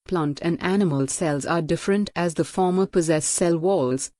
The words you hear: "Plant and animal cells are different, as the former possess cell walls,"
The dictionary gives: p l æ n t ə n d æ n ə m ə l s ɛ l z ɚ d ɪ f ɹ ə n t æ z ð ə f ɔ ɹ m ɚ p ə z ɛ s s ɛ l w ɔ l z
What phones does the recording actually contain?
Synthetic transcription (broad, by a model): p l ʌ n t ə n d æ n ə m ə l s ɛ l z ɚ d ɪ f ɹ ə n t æ z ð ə f ɔ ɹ m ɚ p ə z ɛ s s ɛ l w ɔ l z